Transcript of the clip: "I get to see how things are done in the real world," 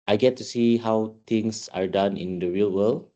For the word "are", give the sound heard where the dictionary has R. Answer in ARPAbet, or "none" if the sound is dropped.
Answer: R